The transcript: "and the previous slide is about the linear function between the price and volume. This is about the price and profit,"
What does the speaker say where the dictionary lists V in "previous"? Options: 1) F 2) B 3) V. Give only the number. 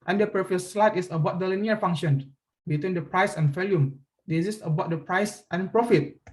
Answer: 1